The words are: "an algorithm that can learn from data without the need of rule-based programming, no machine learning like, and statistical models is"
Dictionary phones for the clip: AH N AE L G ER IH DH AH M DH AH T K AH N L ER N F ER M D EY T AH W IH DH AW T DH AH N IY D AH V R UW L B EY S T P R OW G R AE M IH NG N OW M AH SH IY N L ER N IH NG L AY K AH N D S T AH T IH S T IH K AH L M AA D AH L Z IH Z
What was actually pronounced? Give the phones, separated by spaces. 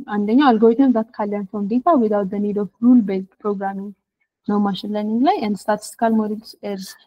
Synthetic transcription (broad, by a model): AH N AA L G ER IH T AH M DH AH T K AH L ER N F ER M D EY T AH W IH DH AW T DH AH N IY D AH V R UW L B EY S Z P R OW G R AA M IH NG N OW M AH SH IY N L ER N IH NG L AY AH N D S T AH T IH S T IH K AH L M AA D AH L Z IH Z